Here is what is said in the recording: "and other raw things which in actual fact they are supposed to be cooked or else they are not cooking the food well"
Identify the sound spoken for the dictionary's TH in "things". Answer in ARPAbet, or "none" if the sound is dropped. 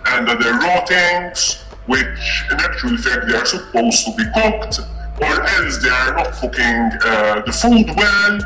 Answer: T